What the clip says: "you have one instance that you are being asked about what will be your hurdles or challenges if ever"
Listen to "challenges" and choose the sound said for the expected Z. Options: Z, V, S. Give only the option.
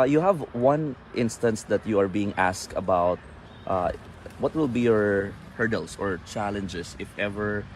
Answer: S